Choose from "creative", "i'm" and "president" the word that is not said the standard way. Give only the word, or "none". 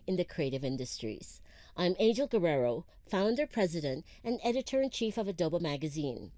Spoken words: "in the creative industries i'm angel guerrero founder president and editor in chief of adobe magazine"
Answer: none